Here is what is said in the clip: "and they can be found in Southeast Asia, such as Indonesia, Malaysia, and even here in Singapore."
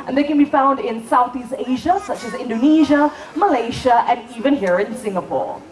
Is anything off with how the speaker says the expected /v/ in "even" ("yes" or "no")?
no